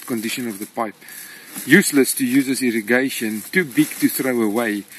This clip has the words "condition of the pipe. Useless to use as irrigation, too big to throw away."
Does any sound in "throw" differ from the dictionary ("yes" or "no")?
no